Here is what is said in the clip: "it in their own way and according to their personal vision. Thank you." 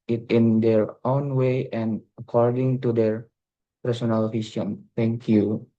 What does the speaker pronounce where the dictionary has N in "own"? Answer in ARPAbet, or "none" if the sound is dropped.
N